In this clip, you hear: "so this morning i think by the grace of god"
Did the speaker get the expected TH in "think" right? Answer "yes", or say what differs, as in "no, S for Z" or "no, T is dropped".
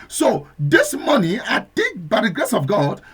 no, T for TH